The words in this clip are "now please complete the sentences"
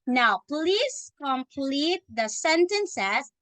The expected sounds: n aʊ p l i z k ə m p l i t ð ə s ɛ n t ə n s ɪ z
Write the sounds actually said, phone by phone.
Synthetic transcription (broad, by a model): n aʊ p l i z k ə m p l i t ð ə s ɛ n t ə n s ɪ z